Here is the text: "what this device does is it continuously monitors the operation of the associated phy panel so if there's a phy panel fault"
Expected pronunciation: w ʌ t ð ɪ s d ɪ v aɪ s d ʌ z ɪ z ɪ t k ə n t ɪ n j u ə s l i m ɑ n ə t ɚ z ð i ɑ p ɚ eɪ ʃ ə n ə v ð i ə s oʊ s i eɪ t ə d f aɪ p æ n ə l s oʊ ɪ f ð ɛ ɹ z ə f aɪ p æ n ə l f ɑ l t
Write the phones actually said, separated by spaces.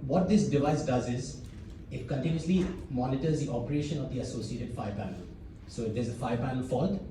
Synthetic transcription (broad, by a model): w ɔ t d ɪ s d ɪ v aɪ s d ʌ z ɪ z ɪ t k ə n t ɪ n j u ə s l i m ɑ n ə t ɚ z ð i ɑ p ɚ eɪ ʃ ə n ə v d i ə s oʊ s i eɪ t ə d f aɪ p æ n ə l s oʊ ɪ f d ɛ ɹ z ə f aɪ p æ n ə l f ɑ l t